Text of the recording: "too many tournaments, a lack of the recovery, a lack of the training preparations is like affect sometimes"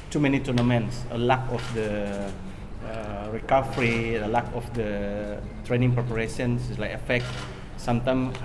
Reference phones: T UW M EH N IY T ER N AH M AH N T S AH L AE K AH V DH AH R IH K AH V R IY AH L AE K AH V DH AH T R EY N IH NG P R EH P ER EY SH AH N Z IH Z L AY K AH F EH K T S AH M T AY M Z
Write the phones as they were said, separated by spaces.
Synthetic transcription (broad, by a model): T UW M EH N IY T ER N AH M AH N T S AH L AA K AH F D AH R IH K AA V R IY AH L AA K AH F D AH T R EY N IH NG P R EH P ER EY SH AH N S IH S L AY K AH F EH K T S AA M T AY M